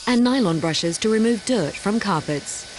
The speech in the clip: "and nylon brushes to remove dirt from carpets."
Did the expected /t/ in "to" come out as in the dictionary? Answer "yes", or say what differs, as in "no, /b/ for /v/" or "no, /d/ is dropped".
yes